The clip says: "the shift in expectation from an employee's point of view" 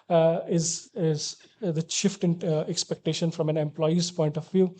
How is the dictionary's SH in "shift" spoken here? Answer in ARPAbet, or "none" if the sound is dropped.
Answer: SH